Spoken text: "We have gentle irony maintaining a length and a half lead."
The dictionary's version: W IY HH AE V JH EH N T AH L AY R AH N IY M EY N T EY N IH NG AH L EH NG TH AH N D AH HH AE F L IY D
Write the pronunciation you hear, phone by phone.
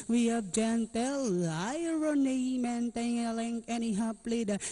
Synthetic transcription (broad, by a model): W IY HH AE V JH EH N T AH L AY R AH N IY M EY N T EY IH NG AH L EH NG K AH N AH HH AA P L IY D